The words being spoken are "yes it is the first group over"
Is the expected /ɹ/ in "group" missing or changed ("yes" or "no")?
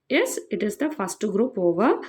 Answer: no